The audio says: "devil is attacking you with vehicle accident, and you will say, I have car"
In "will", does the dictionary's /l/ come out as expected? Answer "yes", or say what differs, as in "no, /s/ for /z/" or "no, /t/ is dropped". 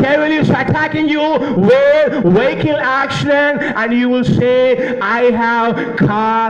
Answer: yes